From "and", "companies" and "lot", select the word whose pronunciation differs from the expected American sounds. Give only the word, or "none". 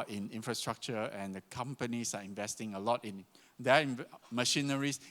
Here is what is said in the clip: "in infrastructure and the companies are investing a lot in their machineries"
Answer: companies